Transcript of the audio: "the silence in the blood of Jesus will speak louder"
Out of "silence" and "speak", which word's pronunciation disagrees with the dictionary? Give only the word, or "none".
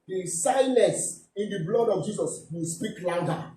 silence